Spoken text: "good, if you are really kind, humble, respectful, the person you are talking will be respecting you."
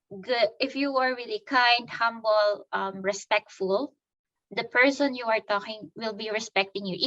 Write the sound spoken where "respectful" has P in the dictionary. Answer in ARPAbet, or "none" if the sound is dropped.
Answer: P